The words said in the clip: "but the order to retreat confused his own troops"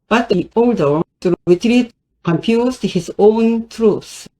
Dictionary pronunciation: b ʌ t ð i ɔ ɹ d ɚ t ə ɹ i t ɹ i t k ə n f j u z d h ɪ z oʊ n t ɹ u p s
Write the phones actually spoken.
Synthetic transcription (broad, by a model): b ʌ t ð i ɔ l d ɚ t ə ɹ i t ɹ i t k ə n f j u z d h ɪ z oʊ n t ɹ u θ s